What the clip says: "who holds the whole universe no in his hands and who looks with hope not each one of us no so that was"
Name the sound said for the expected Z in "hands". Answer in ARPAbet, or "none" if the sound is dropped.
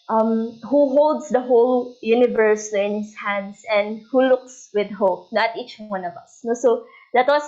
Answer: S